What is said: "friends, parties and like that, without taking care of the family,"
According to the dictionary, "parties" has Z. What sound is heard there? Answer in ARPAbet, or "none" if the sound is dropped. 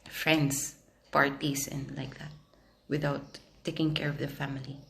S